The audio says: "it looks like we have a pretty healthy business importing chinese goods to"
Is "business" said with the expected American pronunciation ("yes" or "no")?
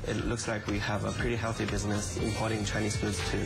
yes